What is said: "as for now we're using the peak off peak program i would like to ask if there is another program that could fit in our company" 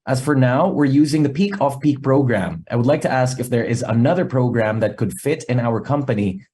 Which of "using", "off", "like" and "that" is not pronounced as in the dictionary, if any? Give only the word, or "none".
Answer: none